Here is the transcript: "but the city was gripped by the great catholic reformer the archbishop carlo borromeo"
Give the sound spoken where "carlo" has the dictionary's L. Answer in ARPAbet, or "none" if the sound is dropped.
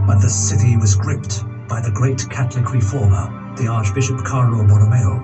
N